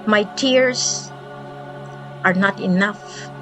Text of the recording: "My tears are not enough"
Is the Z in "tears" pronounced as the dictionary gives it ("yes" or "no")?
no